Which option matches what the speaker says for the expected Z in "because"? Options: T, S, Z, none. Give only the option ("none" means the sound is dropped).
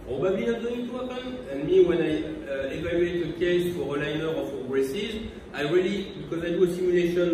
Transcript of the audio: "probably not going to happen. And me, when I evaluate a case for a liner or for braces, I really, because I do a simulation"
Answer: Z